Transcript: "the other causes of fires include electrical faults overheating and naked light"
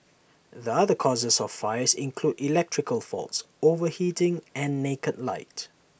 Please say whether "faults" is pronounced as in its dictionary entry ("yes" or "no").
yes